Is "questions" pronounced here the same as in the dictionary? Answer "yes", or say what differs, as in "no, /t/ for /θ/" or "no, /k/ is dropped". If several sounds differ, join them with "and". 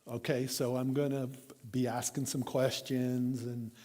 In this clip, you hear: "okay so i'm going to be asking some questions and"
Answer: yes